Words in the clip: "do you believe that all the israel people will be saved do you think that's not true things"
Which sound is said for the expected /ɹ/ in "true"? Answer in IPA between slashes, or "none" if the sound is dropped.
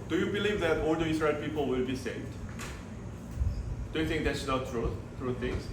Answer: /ɹ/